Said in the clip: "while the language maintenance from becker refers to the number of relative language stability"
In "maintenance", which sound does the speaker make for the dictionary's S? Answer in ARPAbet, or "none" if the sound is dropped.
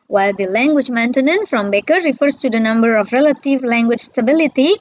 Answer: none